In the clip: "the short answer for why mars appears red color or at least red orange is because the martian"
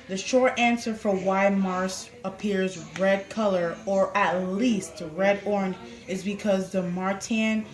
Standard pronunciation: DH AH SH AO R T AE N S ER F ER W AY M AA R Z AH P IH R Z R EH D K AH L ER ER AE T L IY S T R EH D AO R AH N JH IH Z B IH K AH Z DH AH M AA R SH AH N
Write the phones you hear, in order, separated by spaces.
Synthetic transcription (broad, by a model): DH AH SH AO R T AE N S ER F ER W AY M AA R S AH P IH R Z R EH D K AH L ER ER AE T L IY S T R EH D AO R N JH IH Z B IH K AH Z DH AH M AA R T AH N